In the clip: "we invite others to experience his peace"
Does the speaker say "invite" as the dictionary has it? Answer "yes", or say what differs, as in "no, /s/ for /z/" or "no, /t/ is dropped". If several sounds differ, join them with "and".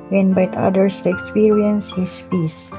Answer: no, /b/ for /v/